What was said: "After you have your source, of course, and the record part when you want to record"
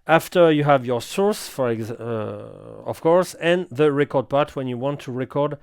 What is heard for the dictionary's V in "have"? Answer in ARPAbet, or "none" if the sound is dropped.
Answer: V